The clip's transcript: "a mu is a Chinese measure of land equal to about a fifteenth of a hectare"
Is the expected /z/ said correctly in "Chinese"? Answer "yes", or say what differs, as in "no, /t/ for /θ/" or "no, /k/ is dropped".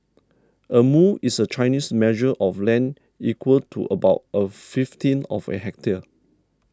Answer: no, /s/ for /z/